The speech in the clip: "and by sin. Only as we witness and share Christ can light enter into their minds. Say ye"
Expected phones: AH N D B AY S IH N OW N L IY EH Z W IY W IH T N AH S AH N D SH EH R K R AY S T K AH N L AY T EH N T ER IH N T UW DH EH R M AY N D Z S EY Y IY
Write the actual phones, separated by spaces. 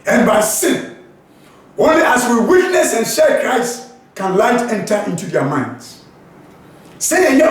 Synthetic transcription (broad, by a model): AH N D B AY S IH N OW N IY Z W IY W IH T N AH S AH N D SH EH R K R AY S T K AH N L AY T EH N T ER IH N T UW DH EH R M AY N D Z S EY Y